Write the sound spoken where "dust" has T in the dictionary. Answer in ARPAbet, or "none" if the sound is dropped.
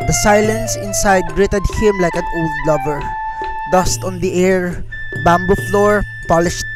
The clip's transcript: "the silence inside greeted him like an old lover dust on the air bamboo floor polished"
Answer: T